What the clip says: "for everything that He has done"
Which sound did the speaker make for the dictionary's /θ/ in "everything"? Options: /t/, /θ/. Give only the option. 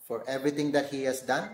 /t/